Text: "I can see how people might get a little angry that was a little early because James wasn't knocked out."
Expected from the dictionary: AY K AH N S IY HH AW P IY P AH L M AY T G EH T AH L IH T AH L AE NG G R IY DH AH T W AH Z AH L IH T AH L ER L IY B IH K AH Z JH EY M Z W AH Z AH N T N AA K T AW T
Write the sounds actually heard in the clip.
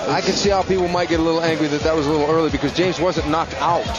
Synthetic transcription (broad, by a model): AY K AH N S IY HH AW P IY P L M AY T G EH T AH L IH T L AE NG G R IY DH AH T W AH Z AH L IH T L ER L IY B IH K AH Z JH EY M Z W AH Z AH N N AA K T AW T